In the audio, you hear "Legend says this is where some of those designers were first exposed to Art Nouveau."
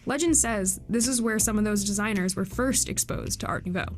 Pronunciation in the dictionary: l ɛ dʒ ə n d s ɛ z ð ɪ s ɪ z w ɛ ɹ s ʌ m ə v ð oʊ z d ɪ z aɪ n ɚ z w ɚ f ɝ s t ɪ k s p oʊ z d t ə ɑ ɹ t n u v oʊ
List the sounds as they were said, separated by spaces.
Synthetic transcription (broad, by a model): l ɛ dʒ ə n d s ɛ z ð ɪ s ɪ z w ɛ ɹ s ʌ m ə v ð oʊ z d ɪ z aɪ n ɚ z w ɚ f ɝ s t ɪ k s p oʊ z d t ə ɑ ɹ t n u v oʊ